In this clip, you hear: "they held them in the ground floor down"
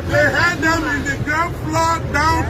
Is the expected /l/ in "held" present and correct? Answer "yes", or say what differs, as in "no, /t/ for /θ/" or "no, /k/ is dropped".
no, /l/ is dropped